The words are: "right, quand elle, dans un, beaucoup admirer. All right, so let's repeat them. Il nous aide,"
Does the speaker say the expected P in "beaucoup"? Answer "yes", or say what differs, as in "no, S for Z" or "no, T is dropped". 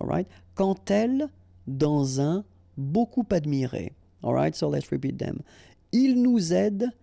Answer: yes